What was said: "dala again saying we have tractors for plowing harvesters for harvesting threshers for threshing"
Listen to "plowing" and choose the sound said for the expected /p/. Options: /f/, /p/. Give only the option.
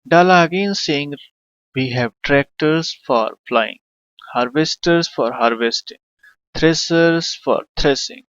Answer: /f/